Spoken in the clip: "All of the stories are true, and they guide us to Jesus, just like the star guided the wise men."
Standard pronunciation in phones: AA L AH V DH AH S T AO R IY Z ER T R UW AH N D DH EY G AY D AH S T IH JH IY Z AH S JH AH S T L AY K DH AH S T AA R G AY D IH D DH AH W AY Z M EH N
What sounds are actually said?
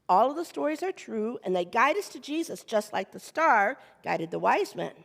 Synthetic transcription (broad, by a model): AA L AH V DH AH S T AO R IY Z ER T R UW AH N DH EY G AY D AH S T IH JH IY Z AH S JH AH S T L AY K DH AH S T AA R G AY D IH D DH AH W AY Z M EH N